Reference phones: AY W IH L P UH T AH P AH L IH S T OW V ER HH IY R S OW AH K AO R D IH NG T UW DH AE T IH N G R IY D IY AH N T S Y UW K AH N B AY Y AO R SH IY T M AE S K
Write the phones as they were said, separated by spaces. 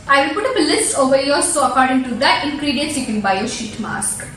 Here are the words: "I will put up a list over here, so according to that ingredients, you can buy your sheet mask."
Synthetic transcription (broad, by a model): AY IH P UH T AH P AH L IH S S OW V ER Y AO L S OW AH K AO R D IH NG T UW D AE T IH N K R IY D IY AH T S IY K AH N B AY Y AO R SH IY T M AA S K